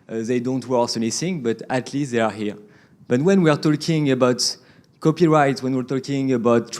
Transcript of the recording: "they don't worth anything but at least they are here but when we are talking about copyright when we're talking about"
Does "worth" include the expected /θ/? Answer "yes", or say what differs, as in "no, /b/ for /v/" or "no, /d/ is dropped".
no, /s/ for /θ/